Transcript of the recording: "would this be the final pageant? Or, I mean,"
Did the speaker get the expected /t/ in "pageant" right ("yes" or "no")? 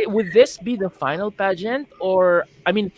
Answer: yes